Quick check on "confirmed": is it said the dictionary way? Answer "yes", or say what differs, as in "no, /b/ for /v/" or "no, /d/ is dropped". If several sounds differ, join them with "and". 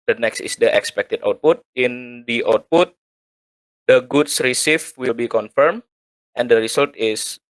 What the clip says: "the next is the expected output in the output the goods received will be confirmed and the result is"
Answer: no, /d/ is dropped